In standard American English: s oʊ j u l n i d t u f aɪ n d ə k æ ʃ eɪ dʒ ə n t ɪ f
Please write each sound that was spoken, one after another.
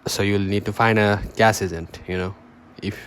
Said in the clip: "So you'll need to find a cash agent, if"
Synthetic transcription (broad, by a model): s oʊ j u l n i d t u f aɪ n d ə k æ s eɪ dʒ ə n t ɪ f